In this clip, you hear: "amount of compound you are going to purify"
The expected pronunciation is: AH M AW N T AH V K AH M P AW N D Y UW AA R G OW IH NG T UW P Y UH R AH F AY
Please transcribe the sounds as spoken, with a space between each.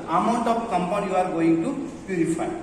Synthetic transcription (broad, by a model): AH M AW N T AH P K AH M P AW D Y UW AA R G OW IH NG T UW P Y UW R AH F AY